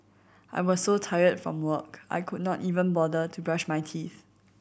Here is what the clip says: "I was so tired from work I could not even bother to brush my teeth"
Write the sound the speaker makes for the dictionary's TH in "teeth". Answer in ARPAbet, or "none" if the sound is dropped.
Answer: TH